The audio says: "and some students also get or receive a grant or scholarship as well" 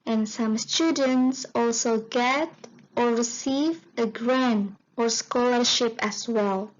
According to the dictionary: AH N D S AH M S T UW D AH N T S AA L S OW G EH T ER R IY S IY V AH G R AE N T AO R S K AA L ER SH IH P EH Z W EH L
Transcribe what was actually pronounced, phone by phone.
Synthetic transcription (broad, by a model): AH N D S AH M S T UW D AH N T S AA L S OW G EH T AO R IY S IY V AH G R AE N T AO R S K AA L ER SH IH P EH S W EH L